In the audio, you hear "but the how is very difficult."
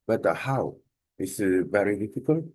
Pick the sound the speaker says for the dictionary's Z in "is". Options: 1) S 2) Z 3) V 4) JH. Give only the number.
1